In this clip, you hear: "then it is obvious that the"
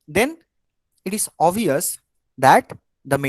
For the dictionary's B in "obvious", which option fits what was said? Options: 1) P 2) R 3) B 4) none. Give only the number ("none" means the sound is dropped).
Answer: 4